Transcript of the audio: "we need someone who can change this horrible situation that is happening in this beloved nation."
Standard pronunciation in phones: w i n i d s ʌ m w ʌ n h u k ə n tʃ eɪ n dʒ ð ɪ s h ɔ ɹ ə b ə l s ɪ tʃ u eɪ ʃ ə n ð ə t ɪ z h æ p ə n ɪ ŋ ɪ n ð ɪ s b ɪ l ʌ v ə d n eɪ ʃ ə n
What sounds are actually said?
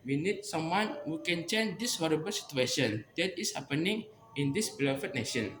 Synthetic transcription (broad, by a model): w i n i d s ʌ m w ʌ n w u k ə n tʃ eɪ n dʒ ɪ s h ɔ ɹ ə b ə l s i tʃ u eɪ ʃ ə n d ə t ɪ s h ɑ p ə n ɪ ŋ ɪ n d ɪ s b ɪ l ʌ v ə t n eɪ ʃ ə n